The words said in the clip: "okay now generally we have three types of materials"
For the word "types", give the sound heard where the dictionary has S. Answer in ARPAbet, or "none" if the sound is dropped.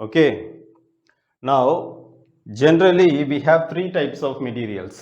S